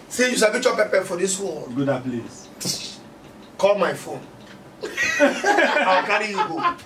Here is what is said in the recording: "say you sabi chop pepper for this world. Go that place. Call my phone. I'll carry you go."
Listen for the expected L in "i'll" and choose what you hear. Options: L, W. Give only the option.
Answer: W